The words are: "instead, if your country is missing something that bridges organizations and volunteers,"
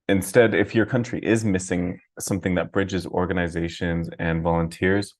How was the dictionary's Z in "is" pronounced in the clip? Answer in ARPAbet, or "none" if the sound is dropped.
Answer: Z